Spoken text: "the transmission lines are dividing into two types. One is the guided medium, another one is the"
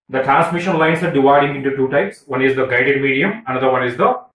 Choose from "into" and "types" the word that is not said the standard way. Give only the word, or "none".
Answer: none